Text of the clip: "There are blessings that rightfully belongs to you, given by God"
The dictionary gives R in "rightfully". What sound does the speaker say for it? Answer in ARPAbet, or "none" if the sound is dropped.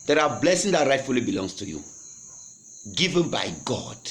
R